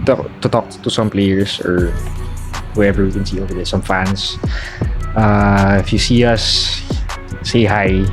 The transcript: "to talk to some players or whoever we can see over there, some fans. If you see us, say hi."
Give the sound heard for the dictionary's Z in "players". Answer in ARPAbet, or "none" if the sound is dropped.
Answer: S